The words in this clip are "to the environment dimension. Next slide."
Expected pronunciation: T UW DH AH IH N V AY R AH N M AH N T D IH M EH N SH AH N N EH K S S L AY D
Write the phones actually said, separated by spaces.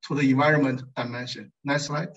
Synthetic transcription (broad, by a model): T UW DH AH IH N V AY R AH N M AH N T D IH M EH N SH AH N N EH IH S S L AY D